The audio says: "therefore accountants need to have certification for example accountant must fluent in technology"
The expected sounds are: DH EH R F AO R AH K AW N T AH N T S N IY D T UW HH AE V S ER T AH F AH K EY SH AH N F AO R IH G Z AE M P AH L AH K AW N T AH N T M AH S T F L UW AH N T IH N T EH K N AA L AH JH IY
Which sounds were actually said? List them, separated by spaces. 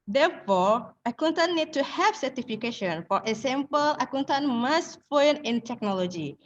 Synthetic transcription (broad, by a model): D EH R F AO R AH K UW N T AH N N IY D T UW HH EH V S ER T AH F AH K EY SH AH N F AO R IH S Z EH M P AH L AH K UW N T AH N M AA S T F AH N IH N T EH K N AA L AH JH IY